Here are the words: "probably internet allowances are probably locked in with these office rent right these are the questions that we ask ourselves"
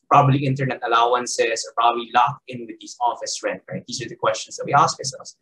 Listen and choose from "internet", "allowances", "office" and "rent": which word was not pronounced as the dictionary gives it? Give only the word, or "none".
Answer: allowances